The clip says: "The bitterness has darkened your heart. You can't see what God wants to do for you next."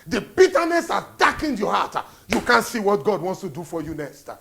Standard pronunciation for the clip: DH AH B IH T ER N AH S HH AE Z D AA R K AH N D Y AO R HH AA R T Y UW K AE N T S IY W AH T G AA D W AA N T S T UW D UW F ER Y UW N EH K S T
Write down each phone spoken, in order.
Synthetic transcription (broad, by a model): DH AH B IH T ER N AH S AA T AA K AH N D Y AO HH AA T Y UW K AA N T S IY W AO T G AA D W AA N T S T UW D UW F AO Y UW N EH K S T